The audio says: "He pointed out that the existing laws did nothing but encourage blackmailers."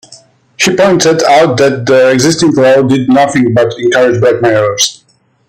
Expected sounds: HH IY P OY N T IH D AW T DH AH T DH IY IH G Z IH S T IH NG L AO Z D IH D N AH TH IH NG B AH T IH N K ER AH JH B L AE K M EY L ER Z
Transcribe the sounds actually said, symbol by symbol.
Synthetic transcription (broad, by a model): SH IY P OY N T IH D AW T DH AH T DH IY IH G Z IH S T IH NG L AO D IH D N AH TH IH NG B AH T IH N K ER AH JH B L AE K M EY ER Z